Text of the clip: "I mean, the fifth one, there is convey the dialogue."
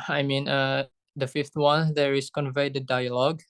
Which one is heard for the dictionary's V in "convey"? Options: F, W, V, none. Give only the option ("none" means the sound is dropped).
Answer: V